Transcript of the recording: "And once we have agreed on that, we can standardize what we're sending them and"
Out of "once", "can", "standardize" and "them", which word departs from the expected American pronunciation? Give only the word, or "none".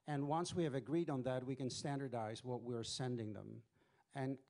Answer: none